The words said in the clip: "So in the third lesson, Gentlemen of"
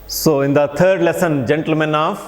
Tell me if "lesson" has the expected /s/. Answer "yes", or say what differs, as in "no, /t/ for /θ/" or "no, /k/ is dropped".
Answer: yes